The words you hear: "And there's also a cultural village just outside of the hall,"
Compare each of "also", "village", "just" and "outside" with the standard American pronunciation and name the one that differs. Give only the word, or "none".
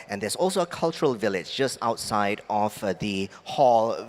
none